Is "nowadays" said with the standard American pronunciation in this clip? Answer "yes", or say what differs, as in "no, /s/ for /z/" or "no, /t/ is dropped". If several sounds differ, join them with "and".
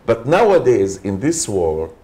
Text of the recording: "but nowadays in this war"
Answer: yes